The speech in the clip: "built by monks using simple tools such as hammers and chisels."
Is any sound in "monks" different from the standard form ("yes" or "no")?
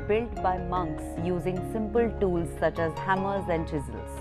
no